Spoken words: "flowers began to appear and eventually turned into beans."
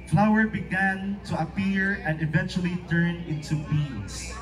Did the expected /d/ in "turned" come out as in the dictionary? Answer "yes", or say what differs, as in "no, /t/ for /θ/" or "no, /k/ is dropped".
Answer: no, /d/ is dropped